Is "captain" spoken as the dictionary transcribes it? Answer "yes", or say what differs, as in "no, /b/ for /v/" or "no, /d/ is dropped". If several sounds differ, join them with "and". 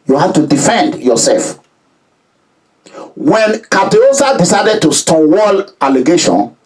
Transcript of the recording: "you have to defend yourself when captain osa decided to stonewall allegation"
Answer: no, /p/ is dropped and /n/ is dropped